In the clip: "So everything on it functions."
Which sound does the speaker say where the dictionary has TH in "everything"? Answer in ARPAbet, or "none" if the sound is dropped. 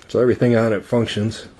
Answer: TH